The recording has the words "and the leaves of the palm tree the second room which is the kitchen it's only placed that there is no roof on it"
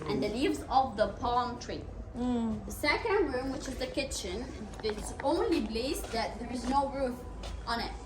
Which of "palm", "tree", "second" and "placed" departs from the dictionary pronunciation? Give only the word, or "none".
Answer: placed